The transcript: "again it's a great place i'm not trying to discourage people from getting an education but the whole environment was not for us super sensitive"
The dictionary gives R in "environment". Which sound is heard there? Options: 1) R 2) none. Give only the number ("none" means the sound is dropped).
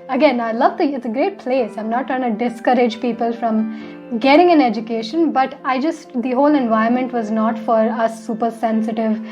2